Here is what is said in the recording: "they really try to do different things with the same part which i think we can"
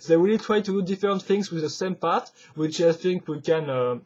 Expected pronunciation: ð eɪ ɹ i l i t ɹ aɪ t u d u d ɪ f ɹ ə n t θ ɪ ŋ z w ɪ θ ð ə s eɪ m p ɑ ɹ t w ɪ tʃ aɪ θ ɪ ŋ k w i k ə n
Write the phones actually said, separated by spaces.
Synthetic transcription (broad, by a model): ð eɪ w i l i t ɹ aɪ t u d u d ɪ f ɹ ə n t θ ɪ ŋ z w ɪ ð ə s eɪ m p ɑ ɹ t w ɪ tʃ aɪ θ ɪ ŋ k w i k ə n